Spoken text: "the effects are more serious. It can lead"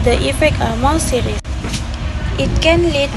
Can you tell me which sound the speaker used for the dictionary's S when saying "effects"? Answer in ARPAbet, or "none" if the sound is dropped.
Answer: none